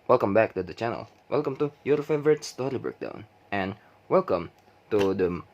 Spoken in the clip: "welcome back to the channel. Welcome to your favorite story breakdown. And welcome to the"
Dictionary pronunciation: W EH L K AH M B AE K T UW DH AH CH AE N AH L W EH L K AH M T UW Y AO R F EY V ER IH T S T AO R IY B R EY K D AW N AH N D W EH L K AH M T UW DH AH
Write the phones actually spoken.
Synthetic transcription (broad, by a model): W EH L K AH M B AE K T UW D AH CH AE N AH L W EH L K AH M T UW Y AO R F EY V ER IH T S T AO R IY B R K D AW N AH N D W EH L K AH M T UW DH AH